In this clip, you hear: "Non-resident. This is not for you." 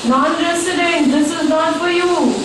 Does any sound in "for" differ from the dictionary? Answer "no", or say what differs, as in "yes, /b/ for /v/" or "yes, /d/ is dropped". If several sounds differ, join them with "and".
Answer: yes, /p/ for /f/